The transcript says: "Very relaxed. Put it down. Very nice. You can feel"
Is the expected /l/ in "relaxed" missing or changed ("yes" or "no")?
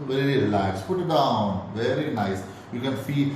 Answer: yes